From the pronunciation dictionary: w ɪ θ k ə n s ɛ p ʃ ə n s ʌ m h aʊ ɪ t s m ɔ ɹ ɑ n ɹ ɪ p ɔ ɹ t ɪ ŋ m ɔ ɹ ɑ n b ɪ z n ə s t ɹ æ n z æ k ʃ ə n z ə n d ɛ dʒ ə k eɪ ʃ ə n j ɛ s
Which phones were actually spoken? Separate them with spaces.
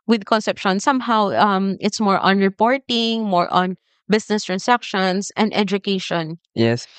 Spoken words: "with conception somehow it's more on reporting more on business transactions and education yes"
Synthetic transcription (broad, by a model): w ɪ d k ə n s ɛ p ʃ ə n s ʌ m h aʊ ɪ t s m ɔ ɹ ɑ n ɹ ɪ p ɔ ɹ t ɪ ŋ m ɔ ɹ ɑ n b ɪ s n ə s t ɹ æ n s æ k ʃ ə n s ə n d ɛ dʒ ə k eɪ ʃ ə n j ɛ s